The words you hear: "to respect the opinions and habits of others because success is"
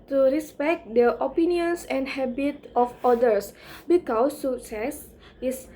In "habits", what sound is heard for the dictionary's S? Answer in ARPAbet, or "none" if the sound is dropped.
none